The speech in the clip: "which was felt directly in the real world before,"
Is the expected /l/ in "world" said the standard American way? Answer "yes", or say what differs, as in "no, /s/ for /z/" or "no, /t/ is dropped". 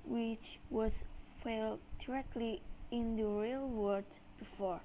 no, /l/ is dropped